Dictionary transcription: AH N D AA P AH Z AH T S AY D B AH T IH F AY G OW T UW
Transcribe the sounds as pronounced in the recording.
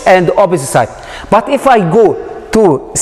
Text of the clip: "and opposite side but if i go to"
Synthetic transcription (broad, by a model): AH N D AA B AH S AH S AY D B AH T IH F AY G OW T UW